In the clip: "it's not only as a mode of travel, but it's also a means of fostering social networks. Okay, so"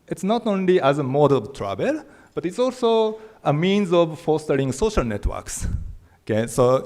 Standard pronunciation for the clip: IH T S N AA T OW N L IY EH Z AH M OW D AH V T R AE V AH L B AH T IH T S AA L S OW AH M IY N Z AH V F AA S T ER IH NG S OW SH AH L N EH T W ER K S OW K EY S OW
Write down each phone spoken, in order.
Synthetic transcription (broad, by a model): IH T S N AA T OW N L IY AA Z AH M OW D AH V T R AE B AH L B AH T IH T S AA L S OW AH M IY N Z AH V F AA S T ER IH NG S OW SH AH L N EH T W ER K S OW K EY S OW